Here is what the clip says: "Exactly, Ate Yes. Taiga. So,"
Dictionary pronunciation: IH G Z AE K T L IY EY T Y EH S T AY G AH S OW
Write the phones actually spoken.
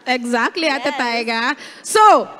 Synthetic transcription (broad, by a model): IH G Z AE K T L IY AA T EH T AY G AH S OW